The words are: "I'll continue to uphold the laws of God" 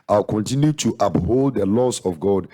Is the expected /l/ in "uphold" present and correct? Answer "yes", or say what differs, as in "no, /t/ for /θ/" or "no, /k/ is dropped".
yes